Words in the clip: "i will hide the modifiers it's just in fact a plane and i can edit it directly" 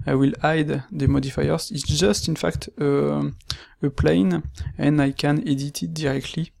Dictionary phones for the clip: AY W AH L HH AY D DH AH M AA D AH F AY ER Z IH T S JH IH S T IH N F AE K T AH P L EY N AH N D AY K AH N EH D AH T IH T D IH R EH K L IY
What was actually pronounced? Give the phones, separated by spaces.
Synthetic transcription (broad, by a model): AY W AH L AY D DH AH M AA D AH F AY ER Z IH T S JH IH S T IH N F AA K T AH P L EY N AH N AY K AH N EH D AH T IH T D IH R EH K L IY